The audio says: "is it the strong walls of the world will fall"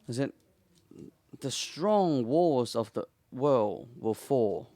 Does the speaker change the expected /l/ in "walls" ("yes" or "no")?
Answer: yes